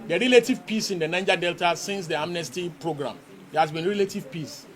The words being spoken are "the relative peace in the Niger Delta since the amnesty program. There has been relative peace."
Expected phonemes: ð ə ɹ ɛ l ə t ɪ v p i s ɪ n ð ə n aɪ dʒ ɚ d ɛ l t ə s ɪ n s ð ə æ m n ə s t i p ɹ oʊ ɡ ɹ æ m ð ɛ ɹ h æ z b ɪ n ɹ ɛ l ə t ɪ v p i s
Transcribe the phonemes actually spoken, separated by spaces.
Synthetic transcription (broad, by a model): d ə ɹ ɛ l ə t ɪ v p i s ɪ n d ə n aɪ dʒ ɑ d ɛ l t ə s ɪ n s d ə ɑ m n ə s t i p ɹ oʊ ɡ ɹ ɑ m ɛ h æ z b ɪ n ɹ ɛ l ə t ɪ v p i s